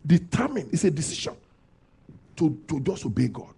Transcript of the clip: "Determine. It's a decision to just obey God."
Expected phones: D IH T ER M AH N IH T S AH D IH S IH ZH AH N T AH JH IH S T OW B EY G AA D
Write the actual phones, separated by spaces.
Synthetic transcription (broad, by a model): D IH T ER M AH N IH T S AH D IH S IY SH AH N T AH JH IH S OW B EY G AA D